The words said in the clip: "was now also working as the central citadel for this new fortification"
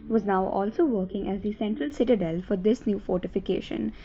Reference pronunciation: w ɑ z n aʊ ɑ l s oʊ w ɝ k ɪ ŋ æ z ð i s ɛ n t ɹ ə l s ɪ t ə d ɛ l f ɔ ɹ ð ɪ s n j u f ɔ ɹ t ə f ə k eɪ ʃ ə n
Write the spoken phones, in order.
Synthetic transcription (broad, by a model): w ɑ z n aʊ ɑ l s oʊ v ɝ k ɪ ŋ æ z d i s ɛ n t ɹ ə l s ɪ t ə d ɛ l f ɔ ɹ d ɪ s n j u f ɔ ɹ t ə f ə k eɪ ʃ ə n